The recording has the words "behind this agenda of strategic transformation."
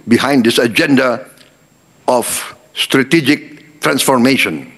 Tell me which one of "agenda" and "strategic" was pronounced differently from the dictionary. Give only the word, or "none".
none